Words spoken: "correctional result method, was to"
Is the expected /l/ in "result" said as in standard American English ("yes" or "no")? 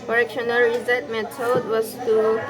no